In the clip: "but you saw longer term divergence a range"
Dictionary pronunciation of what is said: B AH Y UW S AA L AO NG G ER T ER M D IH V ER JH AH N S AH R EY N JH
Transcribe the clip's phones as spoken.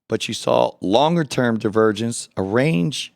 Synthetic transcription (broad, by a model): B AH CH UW S AA L AO NG G ER T ER M D IH V ER JH AH N S AH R EY N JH